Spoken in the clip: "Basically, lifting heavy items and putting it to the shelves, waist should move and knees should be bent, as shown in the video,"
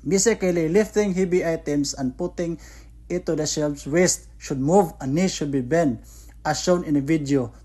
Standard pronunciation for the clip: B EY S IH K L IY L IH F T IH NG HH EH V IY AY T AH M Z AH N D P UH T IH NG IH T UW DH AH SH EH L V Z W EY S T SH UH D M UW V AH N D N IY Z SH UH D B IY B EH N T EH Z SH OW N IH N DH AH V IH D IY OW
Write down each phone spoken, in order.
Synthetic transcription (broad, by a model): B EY S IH K L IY L IH F T IH NG HH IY B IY AY T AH M S AH N D P UH T IH NG IH T UW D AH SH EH L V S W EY S T SH UH D M UW V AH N N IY SH UH D B IY B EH N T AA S SH OW N IH N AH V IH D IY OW